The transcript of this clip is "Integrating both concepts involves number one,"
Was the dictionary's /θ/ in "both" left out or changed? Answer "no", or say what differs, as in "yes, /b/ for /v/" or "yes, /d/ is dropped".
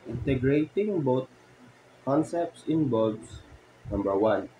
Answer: yes, /t/ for /θ/